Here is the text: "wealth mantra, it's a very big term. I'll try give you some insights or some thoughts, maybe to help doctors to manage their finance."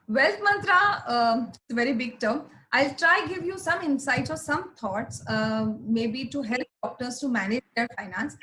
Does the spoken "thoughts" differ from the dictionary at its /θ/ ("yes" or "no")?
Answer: yes